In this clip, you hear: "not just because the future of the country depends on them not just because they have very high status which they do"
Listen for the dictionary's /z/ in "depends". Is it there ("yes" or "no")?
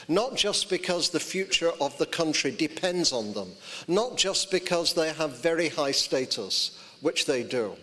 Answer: yes